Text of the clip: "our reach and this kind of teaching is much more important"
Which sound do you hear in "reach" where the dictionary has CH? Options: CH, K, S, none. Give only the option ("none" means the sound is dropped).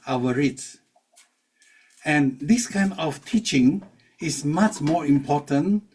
S